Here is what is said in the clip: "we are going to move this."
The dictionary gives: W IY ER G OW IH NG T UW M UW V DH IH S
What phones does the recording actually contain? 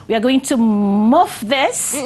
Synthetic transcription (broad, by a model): W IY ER G OW IH NG T UW M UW F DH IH S